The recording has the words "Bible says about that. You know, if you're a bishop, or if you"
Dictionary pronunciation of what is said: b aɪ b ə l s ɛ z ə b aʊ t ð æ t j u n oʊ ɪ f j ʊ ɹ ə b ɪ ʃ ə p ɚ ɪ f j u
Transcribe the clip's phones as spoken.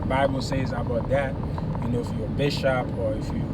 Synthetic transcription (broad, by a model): b aɪ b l s ɛ z ə b aʊ t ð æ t j u n oʊ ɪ f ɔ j ə b ɪ ʃ ə p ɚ ɪ f j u